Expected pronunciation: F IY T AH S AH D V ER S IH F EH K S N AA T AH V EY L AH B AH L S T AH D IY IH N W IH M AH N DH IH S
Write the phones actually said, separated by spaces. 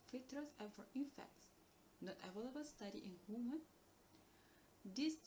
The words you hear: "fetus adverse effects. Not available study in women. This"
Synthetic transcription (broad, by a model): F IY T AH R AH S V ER IH F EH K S N AA T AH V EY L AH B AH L S T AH D IY IH N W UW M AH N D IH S